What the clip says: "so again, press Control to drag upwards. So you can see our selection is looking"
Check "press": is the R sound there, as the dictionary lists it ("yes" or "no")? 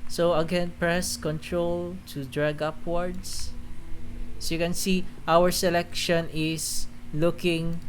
yes